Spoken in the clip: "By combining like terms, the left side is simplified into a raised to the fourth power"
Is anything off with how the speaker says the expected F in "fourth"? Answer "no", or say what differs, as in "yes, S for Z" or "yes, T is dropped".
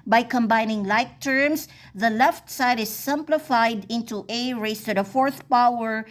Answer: no